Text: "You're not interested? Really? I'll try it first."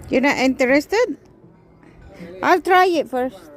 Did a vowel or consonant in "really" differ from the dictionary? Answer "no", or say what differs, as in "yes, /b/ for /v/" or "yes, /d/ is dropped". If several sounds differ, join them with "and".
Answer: yes, /l/ is dropped